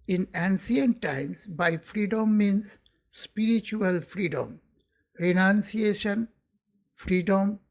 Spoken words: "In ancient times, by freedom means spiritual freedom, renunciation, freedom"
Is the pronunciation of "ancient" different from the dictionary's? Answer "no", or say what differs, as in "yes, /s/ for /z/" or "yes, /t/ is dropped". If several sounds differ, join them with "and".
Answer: yes, /s/ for /ʃ/